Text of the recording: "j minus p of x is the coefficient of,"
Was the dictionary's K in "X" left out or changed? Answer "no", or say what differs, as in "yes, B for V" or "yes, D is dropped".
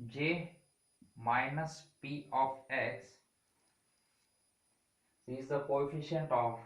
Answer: yes, K is dropped